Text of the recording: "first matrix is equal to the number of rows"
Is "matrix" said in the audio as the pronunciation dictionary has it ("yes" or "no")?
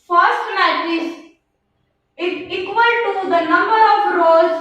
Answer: no